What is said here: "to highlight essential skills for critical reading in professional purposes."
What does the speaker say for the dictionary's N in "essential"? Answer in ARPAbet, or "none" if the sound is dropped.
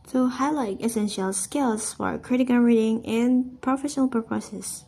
N